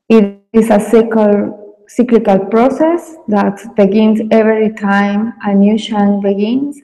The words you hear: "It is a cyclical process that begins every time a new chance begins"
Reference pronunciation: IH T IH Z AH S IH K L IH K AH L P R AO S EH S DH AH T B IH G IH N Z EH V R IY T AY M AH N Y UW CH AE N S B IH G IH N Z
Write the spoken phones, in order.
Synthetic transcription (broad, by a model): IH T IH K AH S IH K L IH K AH L P R AO S EH S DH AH T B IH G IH N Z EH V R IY T AY M AH N Y UW SH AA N B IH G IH N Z